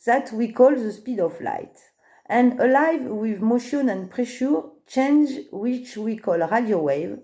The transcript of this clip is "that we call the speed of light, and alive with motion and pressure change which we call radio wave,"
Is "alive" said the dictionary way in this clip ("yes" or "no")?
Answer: yes